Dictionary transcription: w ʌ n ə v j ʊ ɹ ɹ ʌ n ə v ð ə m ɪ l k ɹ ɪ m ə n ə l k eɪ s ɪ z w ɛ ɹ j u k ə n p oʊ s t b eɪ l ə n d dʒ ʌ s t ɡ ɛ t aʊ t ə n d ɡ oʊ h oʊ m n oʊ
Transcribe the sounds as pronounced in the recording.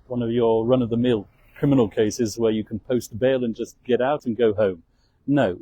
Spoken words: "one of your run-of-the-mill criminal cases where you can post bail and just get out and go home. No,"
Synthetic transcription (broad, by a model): w ʌ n ə v j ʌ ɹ ɹ ʌ n ə v ð ə m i l k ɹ ɪ m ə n l k eɪ s ɪ z w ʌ ɹ j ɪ k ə n p oʊ s t b eɪ l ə n dʒ ʌ s ɡ ɛ t aʊ t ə n ɡ oʊ h oʊ m n oʊ